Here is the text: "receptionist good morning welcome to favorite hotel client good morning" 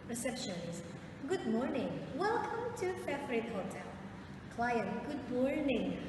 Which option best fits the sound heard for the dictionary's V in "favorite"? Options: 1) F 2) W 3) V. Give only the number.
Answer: 1